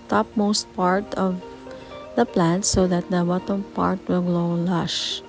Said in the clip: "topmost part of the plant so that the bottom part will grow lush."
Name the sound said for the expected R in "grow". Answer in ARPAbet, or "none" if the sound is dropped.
L